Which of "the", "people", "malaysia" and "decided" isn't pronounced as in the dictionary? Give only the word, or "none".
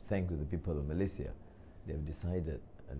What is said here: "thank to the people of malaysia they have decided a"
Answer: malaysia